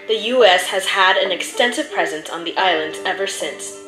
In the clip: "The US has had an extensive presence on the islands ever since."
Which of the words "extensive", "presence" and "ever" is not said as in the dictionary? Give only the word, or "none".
none